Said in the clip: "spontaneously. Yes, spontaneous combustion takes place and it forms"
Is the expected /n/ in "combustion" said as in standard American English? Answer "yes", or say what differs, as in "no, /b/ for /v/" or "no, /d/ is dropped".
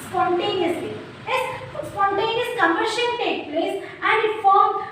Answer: no, /l/ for /n/